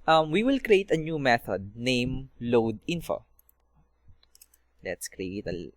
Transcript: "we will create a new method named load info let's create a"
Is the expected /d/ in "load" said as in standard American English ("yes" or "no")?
yes